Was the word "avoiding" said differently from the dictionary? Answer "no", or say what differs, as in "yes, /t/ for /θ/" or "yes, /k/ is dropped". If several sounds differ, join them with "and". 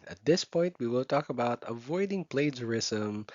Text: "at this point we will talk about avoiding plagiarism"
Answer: no